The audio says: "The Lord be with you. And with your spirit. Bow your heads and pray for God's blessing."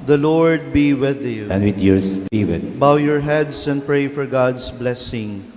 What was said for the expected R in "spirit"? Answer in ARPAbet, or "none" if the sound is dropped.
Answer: W